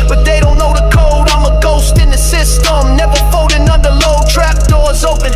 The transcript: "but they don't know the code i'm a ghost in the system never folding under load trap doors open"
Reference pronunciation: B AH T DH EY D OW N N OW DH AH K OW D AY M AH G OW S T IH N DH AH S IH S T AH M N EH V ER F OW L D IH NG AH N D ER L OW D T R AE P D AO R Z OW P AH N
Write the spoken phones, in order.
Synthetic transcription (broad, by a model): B AH T DH EY D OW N N OW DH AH K OW D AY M AH G OW S T IH N DH AH S IH S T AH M N EH V ER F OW D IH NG AH N D ER L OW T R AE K D AO R Z OW P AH N